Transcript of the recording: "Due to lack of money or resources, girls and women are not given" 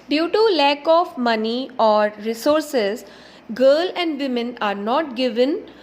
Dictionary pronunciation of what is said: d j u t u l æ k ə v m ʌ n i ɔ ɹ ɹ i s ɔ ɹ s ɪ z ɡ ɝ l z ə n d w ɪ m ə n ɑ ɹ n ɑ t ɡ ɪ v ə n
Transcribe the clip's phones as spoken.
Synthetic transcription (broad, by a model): d j u t u l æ k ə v m ʌ n i ɔ ɹ ɹ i s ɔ ɹ s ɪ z ɡ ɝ l ə n d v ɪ m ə n ɑ ɹ n ɑ t ɡ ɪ v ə n